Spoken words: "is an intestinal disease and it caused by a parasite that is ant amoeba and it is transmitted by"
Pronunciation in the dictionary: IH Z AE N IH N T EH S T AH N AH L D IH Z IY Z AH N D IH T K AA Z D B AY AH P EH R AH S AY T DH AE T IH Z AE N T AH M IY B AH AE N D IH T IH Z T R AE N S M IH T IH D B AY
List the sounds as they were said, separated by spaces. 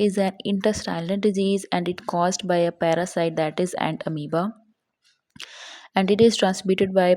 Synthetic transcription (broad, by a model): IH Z AE N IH N T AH S T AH L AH N D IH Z IY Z AH N D IH T K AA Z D B AY AH P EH R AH S AY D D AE T IH Z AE N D AH M IY B AH AE N D IH T IH Z T R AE N S M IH T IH D B AY